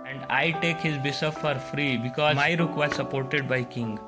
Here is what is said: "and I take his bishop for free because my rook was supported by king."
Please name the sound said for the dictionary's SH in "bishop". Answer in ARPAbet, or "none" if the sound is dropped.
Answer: S